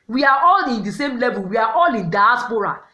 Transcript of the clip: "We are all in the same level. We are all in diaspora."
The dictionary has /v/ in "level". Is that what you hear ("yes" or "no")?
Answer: yes